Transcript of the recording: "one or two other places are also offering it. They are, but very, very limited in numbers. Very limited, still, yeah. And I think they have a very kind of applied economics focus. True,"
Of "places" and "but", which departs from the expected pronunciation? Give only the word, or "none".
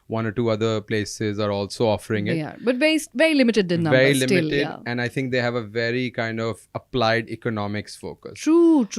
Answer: none